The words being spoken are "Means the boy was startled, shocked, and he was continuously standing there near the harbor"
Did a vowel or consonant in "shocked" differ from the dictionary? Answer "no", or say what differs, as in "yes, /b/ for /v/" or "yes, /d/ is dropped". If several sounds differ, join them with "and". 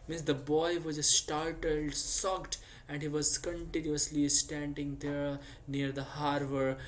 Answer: yes, /s/ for /ʃ/